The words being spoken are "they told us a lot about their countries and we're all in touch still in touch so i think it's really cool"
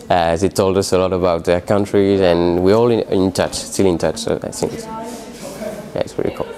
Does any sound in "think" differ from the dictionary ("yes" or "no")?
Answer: yes